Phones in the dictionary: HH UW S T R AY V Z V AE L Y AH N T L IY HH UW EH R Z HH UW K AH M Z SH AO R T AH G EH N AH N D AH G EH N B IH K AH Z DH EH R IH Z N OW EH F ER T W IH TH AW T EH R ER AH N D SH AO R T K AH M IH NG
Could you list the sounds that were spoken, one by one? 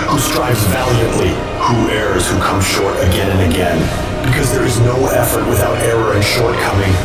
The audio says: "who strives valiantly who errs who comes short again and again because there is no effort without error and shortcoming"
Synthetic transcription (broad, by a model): HH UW S T R AY V Z V AE L Y AH N T L IY HH UW EH R Z HH UW K AH M Z SH AO R T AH G EH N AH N AH G EH N B IH K AH Z DH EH R IH Z N OW EH F ER T W IH TH AW T EH R ER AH N SH AO R T K AH M IH NG